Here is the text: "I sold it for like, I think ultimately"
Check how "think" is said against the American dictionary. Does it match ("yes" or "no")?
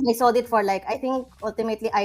no